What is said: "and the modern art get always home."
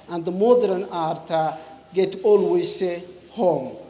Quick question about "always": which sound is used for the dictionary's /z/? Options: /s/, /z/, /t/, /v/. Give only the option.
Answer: /s/